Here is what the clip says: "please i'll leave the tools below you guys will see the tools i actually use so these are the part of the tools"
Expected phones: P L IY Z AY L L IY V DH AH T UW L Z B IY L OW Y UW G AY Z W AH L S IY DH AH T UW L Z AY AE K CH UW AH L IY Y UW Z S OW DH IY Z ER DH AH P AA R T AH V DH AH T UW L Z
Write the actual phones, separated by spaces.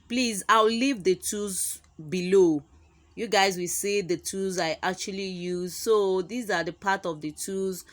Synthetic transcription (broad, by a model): P L IY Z AY W L IY V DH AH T UW Z B IY L OW Y UW G AY Z W AH L S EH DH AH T UW Z AY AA K CH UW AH L IY Y UW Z S OW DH IY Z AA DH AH P AA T AH V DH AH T UW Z